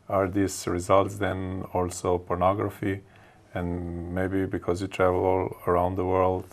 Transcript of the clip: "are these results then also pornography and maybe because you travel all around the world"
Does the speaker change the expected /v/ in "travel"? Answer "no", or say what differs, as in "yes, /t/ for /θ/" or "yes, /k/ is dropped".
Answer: no